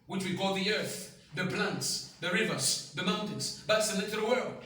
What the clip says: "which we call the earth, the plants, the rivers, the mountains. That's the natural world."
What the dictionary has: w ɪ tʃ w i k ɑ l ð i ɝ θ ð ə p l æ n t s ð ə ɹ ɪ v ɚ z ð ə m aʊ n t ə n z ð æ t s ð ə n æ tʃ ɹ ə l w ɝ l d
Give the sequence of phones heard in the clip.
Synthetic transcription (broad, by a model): w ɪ tʃ w i k ɑ l ð i ɝ θ ð ə p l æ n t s ð ə ɹ ɪ v ɚ z ð ə m aʊ n t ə n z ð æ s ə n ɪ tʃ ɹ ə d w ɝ l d